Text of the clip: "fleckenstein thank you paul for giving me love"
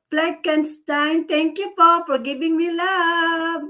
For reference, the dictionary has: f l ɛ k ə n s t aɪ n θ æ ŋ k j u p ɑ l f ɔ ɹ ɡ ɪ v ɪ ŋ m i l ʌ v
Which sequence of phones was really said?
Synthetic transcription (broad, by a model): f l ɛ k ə n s t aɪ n t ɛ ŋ k j u f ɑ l f ɔ ɹ ɡ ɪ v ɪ ŋ m i l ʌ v